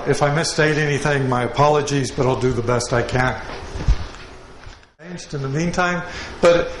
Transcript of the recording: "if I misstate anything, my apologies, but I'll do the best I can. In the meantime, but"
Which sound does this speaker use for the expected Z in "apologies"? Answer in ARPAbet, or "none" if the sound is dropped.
Z